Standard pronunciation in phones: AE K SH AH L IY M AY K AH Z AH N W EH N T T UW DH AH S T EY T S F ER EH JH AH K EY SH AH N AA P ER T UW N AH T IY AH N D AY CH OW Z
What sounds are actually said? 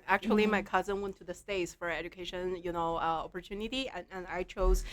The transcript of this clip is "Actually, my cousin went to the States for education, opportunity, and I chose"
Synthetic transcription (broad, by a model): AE K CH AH L IY M AY K AH Z AH N W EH N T T UW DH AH S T EY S F ER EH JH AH K EY SH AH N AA P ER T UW N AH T IY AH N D AY CH OW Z